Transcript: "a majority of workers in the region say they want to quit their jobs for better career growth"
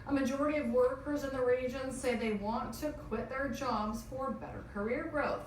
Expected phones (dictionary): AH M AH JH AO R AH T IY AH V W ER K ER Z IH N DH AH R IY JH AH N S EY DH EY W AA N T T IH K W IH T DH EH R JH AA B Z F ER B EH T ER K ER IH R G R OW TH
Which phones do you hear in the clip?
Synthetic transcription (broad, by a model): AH M AH JH AO R AH T IY AH V W ER K ER Z IH N DH AH R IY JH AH N S EY DH EY W AA N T T IH K W IH T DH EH R JH AA B Z F ER B EH T ER K ER IH R G R OW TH